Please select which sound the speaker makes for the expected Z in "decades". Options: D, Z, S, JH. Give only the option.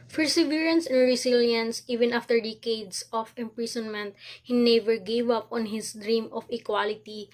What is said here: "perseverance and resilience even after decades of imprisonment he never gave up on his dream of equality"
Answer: S